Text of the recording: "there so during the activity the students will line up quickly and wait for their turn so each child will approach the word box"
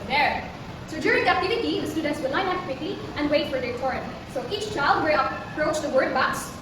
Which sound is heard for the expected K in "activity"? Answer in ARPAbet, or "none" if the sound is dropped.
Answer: none